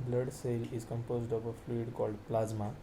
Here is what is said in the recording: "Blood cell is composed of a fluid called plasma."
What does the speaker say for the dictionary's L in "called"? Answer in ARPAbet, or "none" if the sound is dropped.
L